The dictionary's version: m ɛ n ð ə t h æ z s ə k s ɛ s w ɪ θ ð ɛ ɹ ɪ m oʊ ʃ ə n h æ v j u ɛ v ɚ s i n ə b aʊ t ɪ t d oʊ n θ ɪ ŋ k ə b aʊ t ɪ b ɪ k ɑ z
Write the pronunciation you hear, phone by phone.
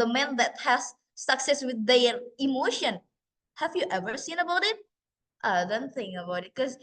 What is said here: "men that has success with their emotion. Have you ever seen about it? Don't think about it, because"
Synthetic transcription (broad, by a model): m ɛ n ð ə t h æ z s ə k s ɛ s w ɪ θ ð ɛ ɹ ɪ m oʊ ʃ ə n h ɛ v j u ɛ v ɚ s i n ə b aʊ t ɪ t d oʊ n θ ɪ ŋ ə b aʊ t ɪ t k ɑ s